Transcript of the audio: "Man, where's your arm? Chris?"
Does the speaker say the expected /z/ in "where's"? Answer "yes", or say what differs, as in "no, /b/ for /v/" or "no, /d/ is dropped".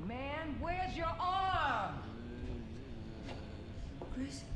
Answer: yes